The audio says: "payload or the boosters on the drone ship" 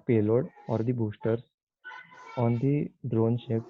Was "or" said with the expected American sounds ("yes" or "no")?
yes